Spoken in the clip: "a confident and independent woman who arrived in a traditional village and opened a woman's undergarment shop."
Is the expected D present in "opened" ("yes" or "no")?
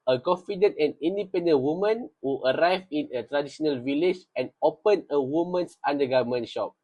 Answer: no